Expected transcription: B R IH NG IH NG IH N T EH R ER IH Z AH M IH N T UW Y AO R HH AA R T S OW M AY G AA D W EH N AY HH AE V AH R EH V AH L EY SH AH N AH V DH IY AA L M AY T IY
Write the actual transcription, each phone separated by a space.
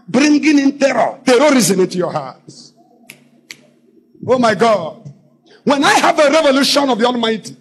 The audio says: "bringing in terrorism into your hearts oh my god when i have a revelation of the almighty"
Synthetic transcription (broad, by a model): B R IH NG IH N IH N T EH R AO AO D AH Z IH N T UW Y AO HH AA T OW M AY G AA D W EH N AY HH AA V AH R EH V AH L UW SH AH N AH V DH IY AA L M AY T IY